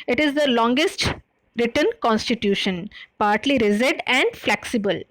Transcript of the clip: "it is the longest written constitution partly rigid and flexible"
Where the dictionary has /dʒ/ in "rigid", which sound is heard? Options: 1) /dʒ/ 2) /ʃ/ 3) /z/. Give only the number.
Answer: 3